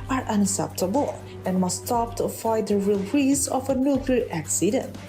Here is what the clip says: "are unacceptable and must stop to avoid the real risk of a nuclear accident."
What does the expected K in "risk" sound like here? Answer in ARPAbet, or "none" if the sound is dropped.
none